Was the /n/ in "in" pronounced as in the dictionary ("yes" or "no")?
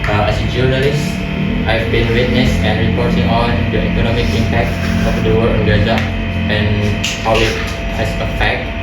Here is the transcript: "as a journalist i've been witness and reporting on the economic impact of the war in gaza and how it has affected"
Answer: no